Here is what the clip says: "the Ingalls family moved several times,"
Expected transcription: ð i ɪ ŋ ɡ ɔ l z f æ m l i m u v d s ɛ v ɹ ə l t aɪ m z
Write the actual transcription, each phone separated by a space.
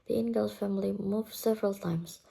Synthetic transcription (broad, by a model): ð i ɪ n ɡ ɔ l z f æ m l i m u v s ɛ v ɹ ə l t aɪ m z